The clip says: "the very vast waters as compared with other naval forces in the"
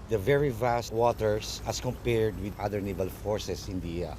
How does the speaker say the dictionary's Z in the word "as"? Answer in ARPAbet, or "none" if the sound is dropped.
S